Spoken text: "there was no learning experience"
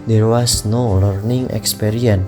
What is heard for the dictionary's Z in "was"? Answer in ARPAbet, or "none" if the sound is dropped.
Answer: S